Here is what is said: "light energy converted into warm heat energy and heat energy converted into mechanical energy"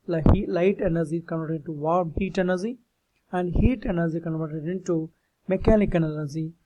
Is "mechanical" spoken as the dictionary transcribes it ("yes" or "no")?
no